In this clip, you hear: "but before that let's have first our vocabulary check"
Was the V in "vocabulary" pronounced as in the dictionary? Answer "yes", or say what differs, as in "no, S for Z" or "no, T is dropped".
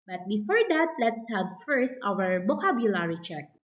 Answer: no, B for V